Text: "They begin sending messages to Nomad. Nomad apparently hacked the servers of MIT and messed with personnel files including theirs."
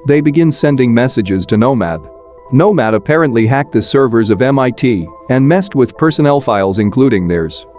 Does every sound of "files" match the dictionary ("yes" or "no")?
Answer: yes